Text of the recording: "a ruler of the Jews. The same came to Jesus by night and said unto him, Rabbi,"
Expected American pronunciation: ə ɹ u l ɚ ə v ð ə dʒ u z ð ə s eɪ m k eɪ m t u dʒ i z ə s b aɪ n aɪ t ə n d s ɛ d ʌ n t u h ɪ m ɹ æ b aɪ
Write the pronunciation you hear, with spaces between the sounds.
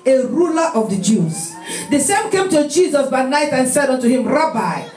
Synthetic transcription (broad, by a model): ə ɹ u l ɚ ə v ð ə dʒ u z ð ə s eɪ m k eɪ m t u dʒ i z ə s b aɪ n aɪ t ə n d s ɛ d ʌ n t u h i m ɹ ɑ b aɪ